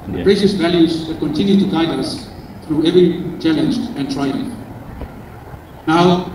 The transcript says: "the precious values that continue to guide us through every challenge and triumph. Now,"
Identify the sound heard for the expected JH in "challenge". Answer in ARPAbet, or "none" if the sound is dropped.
JH